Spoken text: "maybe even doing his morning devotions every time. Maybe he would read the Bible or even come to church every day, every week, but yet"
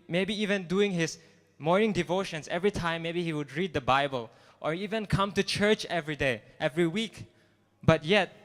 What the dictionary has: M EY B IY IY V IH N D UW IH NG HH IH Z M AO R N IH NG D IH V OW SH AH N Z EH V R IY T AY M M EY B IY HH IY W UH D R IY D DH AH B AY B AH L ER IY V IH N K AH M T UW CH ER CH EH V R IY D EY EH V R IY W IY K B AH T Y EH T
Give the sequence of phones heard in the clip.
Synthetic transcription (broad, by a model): M EY B IY IY V IH N D UW IH NG HH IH S M AO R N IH NG D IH V OW SH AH N S EH V R IY T AY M M EY B IY HH IY W UH D R IY D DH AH B AY B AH L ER IY V IH N K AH M T UW CH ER CH EH V R IY D EY EH V R IY W IY K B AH T Y EH T